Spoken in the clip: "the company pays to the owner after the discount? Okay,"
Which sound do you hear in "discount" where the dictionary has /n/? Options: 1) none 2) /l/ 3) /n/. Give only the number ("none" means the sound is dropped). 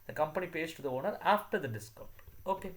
1